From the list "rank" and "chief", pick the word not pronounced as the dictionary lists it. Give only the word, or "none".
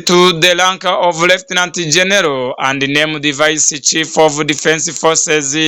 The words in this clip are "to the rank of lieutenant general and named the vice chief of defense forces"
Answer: rank